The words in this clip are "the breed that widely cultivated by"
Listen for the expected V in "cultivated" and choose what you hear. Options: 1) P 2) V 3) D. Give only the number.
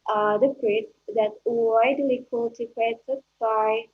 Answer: 1